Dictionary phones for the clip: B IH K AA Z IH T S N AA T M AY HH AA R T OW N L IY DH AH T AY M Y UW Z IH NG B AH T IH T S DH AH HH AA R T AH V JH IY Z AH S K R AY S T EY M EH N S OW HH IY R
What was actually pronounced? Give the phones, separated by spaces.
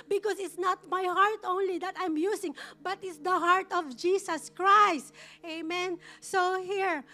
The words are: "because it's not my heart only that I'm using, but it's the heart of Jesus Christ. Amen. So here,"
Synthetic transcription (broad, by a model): B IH K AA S IH T S N AA T M AY HH AA R T OW N L IY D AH T AY M Y UW S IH NG B AH T IH T S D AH HH AA R T AH V JH IY S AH S K R AY S T EY M EH N S OW HH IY R